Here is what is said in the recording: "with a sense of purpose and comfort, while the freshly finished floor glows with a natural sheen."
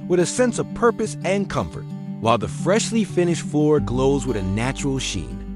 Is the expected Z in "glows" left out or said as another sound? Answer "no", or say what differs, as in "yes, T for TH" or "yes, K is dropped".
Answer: no